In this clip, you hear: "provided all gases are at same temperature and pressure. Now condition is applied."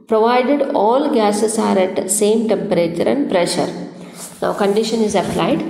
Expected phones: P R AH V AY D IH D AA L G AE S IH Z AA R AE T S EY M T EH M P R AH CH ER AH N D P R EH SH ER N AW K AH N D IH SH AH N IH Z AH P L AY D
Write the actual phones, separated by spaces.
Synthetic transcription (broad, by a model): P R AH V AY D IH D AA L G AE S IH S AA R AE T S EY M T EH M P R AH CH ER AH N D P R EH SH ER N AW K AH N D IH SH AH N IH Z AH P L AY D